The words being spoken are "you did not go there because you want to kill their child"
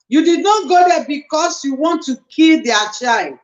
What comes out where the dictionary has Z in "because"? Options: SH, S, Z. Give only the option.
S